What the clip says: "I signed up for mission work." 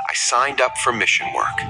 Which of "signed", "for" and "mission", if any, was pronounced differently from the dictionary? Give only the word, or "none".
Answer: none